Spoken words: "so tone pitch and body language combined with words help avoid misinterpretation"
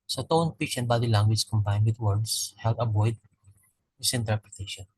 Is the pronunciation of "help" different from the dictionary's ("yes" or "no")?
yes